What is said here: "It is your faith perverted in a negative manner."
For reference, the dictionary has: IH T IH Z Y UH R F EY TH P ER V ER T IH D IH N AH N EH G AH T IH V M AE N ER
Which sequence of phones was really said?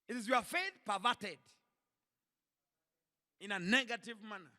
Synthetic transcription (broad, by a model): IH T IH Z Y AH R F EY TH P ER V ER T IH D IH N AH N EH G AH T IH V M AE N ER